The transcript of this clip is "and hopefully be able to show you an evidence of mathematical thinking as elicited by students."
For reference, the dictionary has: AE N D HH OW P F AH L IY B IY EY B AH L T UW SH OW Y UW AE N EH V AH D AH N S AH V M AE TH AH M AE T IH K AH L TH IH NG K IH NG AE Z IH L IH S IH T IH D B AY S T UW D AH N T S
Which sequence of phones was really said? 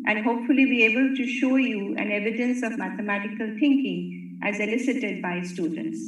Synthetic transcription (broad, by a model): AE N D HH OW P F AH L IY B IY EY B AH L T UW SH OW Y UW AE N EH V AH D AH N S AH V M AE T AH M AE T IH K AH L T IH NG K IH NG AE Z IH L IH S IH T IH D B AY S T UW D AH N T S